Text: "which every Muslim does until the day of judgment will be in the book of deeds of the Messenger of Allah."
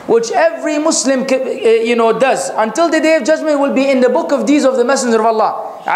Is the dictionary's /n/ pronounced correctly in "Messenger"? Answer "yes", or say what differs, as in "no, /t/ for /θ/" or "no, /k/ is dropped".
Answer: yes